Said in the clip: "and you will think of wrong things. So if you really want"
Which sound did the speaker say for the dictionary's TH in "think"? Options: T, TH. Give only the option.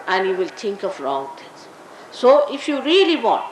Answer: T